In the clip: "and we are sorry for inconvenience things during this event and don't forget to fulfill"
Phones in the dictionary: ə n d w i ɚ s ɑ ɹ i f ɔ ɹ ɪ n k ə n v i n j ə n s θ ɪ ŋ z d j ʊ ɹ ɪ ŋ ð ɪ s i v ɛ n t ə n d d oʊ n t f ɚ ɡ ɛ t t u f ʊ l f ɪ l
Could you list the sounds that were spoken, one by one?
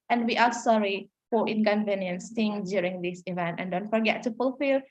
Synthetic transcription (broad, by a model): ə n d w i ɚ s ɑ ɹ i f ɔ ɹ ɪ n k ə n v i n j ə n s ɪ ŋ d j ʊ ɹ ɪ ŋ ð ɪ s i v ɛ n t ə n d d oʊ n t f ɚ ɡ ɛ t t u f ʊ l f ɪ l